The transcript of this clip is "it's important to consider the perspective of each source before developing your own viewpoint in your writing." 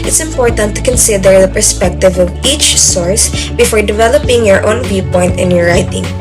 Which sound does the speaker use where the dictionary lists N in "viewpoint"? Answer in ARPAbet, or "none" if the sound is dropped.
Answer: N